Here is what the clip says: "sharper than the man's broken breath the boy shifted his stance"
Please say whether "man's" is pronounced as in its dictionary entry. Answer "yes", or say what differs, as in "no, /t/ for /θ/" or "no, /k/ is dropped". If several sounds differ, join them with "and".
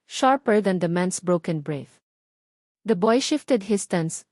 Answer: no, /s/ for /z/